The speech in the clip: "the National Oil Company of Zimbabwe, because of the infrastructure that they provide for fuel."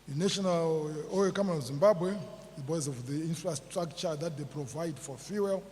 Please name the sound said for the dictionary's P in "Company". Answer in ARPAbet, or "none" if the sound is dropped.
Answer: none